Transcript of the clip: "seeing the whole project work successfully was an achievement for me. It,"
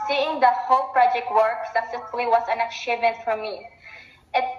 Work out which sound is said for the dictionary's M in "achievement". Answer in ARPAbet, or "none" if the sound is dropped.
none